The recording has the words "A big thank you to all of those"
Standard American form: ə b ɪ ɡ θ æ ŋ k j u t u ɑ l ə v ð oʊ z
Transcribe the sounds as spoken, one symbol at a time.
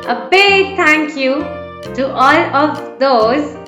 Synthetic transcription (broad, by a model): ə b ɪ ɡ t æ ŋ k j u t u ɑ l ə v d oʊ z